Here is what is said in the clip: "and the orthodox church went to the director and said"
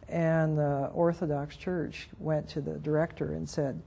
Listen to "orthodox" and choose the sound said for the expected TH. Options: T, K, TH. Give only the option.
TH